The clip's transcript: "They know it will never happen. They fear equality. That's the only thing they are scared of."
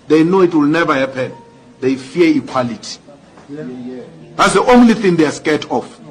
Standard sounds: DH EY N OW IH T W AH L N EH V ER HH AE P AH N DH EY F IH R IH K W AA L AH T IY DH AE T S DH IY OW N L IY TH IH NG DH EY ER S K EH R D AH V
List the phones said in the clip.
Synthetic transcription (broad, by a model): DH EY N OW IH T W AH L N EH V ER HH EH P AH N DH EY F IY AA IH K W AA L AH T IY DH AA T S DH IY OW N L IY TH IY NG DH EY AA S K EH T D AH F